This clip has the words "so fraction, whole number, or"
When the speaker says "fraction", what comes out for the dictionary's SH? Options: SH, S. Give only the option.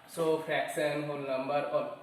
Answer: S